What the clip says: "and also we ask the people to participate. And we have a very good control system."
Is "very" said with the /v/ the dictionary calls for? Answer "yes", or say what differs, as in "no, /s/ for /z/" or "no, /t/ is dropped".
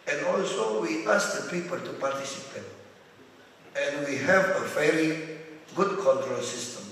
no, /f/ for /v/